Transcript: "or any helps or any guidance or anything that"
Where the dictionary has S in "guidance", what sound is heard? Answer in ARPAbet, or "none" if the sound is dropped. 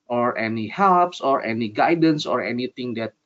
S